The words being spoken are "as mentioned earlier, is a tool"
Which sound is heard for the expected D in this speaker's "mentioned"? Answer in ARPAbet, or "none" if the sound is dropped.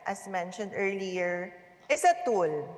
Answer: D